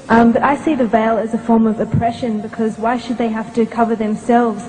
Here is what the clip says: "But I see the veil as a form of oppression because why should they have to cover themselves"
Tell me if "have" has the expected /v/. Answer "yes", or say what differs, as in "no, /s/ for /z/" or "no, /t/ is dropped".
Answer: no, /f/ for /v/